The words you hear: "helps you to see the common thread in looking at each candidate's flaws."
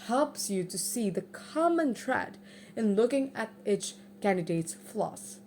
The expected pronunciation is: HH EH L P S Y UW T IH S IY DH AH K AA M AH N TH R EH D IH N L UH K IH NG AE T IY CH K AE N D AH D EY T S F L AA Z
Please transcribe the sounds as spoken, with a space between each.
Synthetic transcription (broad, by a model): HH EH L P S Y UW T IH S IY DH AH K AA M AH N T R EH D IH N L UH K IH NG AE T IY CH K AE N D AH D EY T S F L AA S